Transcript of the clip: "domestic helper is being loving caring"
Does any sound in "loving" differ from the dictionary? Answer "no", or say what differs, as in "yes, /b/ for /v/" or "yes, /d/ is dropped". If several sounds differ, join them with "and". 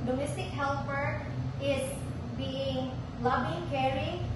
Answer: yes, /b/ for /v/